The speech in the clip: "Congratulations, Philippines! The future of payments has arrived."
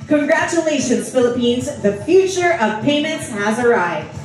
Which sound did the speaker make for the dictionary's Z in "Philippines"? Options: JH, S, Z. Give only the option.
Z